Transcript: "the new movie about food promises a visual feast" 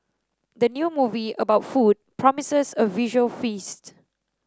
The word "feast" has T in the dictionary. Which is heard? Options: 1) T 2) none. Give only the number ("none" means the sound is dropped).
1